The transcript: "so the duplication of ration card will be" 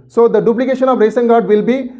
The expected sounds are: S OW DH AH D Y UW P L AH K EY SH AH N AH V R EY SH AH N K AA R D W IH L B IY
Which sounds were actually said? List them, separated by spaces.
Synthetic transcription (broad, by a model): S OW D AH D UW P L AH K EY SH AH N AH V R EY S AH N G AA R D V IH L B IY